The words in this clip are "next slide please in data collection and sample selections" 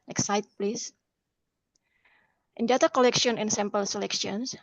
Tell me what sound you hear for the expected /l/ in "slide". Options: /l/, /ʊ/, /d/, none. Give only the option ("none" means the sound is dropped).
none